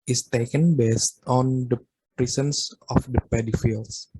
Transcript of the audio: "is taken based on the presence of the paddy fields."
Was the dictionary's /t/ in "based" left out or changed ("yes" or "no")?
no